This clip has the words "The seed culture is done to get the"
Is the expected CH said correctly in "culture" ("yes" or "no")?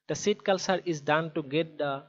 no